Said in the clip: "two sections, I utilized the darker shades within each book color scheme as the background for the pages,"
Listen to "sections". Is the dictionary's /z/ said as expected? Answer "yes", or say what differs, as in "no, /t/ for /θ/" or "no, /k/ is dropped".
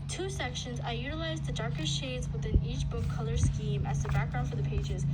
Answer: yes